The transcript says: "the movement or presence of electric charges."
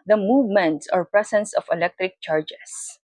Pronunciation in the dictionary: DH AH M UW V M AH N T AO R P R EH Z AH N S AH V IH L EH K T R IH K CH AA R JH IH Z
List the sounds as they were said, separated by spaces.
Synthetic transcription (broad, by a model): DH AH M UW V M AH N T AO R P R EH S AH N S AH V IH L EH K T R IH K CH AA R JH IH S